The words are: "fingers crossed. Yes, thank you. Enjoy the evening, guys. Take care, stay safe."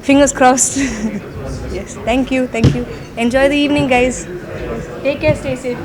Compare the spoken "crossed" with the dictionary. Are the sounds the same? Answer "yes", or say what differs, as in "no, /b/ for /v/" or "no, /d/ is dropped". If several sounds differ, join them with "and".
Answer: yes